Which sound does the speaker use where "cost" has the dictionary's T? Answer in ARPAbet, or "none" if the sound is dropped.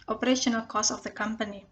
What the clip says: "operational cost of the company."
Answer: none